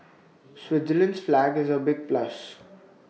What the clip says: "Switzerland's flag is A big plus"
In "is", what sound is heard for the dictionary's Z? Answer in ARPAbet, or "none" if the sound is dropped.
Z